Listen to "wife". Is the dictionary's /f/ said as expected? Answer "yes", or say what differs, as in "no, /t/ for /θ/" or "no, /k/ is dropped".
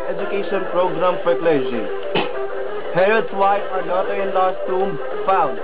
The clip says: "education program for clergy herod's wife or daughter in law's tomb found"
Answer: no, /f/ is dropped